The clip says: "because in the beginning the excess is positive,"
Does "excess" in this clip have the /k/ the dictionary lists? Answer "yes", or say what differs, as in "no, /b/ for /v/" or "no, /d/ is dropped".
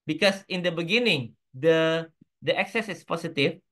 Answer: yes